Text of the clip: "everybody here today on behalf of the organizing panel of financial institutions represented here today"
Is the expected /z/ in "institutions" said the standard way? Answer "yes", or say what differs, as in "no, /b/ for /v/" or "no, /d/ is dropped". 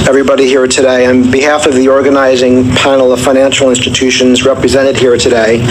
yes